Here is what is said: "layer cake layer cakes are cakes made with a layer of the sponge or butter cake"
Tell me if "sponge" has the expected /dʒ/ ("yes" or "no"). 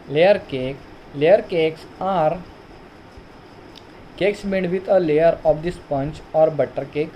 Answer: no